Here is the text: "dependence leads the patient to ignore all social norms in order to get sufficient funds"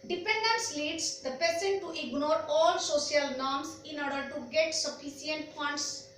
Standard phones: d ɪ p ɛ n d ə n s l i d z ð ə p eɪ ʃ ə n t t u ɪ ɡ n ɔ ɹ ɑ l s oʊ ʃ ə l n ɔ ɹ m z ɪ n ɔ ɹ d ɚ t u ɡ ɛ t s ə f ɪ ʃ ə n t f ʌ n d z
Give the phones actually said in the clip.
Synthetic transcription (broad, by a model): d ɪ p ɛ n d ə n s l i d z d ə p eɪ s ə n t t u ɪ ɡ n ɔ ɹ ɑ l s oʊ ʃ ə l n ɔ ɹ m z ɪ n ɔ ɹ d ɚ t u ɡ ɛ t s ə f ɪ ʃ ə n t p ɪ n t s